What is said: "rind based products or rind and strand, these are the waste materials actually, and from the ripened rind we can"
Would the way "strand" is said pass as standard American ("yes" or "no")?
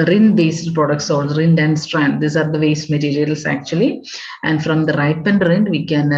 yes